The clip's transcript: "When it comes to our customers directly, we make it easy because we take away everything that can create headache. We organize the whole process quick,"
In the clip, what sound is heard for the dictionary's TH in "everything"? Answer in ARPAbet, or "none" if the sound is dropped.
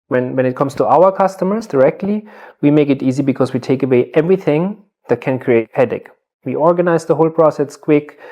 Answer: TH